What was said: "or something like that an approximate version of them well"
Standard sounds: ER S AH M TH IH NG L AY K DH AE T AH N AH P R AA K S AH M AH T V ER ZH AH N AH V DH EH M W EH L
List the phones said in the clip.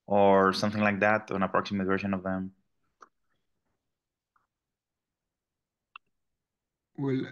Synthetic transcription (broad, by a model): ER S AH M TH IH NG L AY K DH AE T AH N AH P R AA K S AH M AH T V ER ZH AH N AH V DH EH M W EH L